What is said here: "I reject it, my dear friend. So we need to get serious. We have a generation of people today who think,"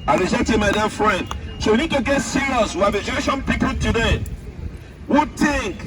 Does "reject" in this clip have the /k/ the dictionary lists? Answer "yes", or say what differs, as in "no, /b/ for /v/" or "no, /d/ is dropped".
no, /k/ is dropped